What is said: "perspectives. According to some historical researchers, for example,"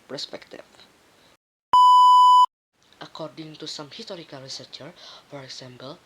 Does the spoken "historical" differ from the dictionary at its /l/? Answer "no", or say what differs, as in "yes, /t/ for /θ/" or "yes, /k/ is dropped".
no